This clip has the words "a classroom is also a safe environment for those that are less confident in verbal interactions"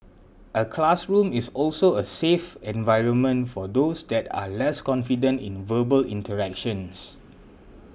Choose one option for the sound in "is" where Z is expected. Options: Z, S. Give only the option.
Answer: S